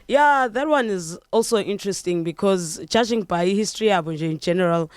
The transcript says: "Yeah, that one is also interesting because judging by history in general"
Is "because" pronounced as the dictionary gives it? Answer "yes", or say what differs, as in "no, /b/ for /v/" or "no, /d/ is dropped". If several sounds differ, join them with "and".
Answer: yes